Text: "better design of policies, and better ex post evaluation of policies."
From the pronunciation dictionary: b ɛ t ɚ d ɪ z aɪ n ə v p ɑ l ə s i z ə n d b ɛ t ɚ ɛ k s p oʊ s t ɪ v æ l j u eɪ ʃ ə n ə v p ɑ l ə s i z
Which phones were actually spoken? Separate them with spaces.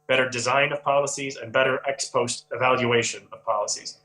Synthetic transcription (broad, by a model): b ɛ t ɚ d ɪ z aɪ n ə v p ɑ l ə s i z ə n b ɛ t ɚ ɛ k s p oʊ s t ɪ v æ l j u eɪ ʃ ə n ə v p ɑ l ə s i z